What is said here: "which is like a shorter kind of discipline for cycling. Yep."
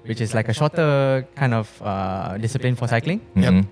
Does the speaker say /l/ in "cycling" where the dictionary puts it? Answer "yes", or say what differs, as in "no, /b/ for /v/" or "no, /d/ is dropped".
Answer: yes